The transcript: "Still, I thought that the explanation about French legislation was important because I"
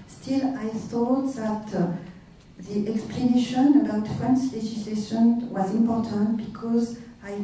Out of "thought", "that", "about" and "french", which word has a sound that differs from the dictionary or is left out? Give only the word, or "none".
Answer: french